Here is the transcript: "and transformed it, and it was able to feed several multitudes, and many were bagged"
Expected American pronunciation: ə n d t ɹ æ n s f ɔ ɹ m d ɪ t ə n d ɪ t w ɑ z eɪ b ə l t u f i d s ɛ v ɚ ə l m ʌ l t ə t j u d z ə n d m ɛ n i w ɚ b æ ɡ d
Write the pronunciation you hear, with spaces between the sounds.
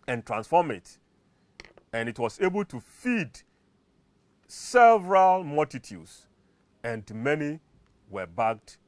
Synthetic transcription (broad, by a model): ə n t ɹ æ n s f ɔ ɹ m ɪ t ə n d ɪ t w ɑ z eɪ b ə l t u f i d s ɛ v ɚ ə l m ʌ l t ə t j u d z ə n d m ɛ n i w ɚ b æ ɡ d